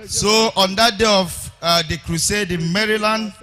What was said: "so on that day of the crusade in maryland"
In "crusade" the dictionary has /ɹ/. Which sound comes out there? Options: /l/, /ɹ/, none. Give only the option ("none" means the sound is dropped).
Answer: /ɹ/